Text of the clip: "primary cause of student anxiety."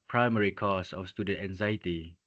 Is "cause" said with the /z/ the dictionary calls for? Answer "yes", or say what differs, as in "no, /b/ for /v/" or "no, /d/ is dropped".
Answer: no, /s/ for /z/